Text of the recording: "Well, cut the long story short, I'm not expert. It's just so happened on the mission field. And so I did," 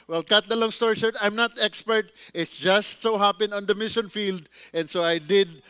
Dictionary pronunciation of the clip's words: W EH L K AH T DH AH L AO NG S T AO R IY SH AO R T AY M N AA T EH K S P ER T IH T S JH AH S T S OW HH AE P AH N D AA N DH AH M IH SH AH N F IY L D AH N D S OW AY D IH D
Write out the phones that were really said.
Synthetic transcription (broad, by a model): W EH L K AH T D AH L AO NG S T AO R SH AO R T AY M N AA T EH K S P ER T IH T S JH AH S T S OW HH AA P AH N AA N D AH M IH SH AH N F IY L D AH N D S OW AY D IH D